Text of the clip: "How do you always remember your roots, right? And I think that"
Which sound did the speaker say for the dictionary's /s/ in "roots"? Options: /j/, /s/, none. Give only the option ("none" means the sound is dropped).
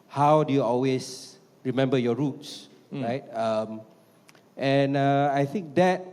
/s/